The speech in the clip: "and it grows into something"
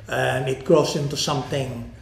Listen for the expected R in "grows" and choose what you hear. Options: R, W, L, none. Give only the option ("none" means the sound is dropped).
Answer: none